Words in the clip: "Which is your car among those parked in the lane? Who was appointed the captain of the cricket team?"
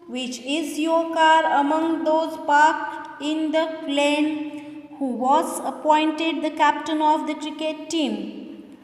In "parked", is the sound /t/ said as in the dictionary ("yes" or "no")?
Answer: no